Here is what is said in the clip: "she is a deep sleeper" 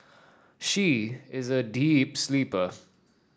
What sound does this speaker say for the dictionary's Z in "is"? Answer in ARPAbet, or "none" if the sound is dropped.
Z